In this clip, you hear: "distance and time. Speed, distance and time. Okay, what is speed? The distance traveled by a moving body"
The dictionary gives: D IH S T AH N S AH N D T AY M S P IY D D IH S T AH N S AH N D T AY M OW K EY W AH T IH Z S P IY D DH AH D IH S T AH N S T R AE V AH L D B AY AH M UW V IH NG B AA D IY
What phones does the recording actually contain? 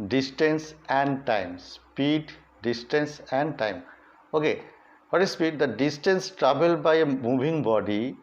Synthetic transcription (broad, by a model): D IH S T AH N S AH N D T AY M S P IY D D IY S T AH N S AH N D T AY M OW K EY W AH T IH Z S P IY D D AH D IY S T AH N S T R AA B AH L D B AY AH M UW B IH NG B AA D IY